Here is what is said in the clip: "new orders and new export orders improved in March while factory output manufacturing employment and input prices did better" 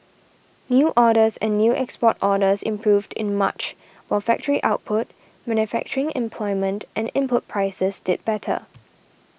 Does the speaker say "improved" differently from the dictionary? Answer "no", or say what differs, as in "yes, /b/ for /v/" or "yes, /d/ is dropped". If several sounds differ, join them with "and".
no